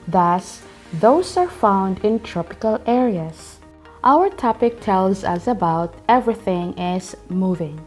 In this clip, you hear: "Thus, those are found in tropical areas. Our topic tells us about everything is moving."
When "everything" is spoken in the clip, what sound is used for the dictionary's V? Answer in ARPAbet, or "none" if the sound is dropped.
V